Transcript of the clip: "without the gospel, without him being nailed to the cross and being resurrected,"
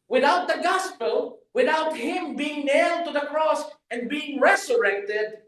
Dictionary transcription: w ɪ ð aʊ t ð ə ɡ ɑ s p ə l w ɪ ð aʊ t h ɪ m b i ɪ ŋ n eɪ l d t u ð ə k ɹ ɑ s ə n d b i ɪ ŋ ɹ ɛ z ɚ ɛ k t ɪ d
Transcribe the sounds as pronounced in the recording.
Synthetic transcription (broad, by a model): w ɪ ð aʊ t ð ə ɡ ɑ s p ə l w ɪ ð aʊ t h ɪ m b i ɪ ŋ n eɪ l d t u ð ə k ɹ ɑ s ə n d b i ɪ ŋ ɹ ɛ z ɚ ɛ k t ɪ d